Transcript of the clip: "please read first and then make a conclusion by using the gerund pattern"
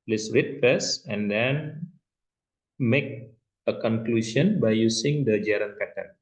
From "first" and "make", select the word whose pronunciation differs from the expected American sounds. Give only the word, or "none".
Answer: first